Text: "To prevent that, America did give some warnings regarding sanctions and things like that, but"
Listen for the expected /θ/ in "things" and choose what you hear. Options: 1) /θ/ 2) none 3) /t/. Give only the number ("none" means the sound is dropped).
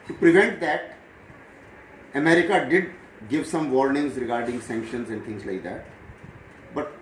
3